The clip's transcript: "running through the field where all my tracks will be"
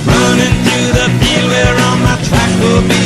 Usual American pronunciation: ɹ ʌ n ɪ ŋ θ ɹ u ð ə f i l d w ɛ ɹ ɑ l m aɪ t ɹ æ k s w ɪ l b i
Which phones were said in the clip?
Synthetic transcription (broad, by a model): ɹ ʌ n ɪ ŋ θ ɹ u ð ə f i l w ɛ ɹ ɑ n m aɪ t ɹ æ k w ɪ l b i